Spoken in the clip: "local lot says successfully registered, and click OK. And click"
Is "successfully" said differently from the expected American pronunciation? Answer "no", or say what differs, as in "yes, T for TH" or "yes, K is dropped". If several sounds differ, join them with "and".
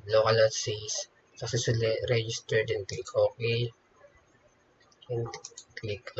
yes, F is dropped